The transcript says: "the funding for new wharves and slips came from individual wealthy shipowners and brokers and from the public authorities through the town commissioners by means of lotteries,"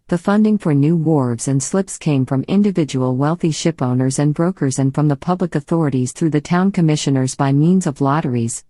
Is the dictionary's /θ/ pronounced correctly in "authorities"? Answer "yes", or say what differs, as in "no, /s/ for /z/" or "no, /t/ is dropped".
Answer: yes